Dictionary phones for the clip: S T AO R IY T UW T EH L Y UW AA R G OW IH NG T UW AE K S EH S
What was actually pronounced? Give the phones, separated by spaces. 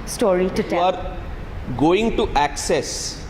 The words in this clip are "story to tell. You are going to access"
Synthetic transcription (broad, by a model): S T AO R IY T UW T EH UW AA R G OW IH NG T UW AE K S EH S